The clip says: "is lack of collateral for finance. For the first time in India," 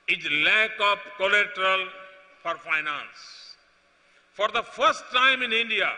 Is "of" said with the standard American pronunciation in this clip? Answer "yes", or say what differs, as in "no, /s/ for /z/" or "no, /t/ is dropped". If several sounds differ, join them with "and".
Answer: no, /p/ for /v/